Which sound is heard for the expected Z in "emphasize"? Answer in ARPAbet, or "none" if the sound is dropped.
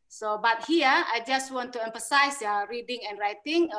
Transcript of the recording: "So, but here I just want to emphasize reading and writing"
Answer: S